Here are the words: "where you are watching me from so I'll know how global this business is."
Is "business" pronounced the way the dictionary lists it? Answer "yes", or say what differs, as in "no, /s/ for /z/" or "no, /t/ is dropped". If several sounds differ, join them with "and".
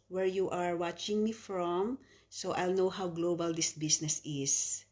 no, /s/ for /z/